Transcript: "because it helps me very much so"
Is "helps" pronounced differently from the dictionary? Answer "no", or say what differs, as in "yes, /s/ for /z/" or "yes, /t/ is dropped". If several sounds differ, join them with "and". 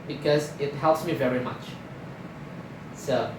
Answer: no